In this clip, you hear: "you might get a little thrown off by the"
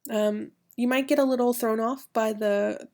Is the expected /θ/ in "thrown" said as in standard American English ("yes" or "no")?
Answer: yes